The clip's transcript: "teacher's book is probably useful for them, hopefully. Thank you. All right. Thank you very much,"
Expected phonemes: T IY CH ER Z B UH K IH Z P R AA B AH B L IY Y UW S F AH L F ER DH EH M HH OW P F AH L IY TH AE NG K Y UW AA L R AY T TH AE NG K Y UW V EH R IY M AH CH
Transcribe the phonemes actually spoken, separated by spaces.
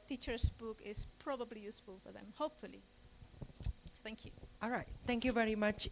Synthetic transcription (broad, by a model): T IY CH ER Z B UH K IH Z P R AA B AH B L IY Y UW S F AH L F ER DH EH M HH OW P F AH L IY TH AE NG K Y UW AA L R AY T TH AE NG K Y UW V EH R IY M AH CH